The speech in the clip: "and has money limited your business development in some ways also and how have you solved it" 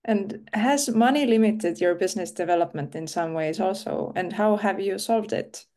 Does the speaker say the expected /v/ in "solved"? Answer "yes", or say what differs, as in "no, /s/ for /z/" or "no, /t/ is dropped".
yes